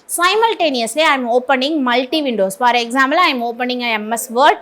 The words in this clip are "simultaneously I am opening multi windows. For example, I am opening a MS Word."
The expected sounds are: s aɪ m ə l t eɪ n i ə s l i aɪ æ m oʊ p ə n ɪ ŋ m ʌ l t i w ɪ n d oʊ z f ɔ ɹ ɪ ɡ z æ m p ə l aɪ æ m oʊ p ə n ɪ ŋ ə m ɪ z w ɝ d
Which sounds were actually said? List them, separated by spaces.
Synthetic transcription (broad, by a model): s aɪ m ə l t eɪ n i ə s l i aɪ m oʊ p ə n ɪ ŋ m ʌ l t i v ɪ n d oʊ s f ɔ ɹ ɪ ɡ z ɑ m b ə l aɪ m oʊ p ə n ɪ ŋ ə m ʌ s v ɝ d